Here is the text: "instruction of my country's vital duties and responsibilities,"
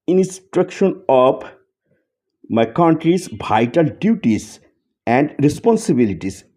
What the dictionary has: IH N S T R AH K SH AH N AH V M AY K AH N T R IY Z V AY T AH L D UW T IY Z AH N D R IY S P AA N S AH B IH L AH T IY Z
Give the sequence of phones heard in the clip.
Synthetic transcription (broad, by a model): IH N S T R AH K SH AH N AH P M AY K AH N T R IY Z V AY T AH L D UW T IY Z AH N D R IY S P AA N S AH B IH L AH T IY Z